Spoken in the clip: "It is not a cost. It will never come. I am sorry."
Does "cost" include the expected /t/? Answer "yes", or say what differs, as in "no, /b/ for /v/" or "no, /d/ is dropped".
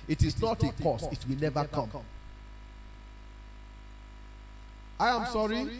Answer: no, /t/ is dropped